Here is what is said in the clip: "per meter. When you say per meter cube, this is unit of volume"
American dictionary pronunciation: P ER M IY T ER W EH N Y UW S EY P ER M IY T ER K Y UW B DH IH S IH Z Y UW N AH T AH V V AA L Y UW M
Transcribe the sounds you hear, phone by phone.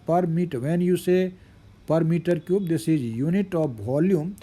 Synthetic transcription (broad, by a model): P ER M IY T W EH N Y UW S EY P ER M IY T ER K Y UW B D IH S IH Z Y UW N AH T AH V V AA L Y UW M